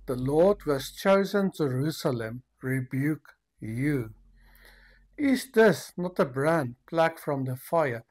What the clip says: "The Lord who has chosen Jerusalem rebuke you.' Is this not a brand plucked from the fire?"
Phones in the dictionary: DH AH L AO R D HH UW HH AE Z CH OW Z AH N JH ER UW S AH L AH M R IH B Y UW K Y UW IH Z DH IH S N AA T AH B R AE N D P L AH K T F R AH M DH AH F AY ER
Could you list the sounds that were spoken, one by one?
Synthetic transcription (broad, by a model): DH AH L AO R D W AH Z CH OW Z AH N JH ER UW S AH L AH M R IH B Y UW K Y UW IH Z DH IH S N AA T AH B R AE N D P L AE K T F R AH M DH AH F AY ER